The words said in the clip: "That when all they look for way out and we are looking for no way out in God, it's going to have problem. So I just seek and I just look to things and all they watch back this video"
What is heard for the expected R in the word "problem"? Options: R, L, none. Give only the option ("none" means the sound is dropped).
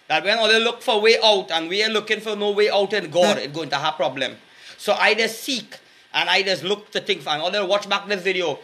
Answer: R